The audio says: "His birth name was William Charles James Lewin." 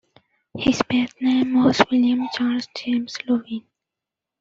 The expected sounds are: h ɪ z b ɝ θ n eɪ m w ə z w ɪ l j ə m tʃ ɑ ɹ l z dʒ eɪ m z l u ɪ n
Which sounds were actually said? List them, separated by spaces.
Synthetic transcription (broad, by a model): h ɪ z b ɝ t n eɪ m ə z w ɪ l j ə m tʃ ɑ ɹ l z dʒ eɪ m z l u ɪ n